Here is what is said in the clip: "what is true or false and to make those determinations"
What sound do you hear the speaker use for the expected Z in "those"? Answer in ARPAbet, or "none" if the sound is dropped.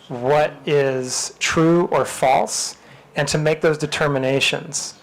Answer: Z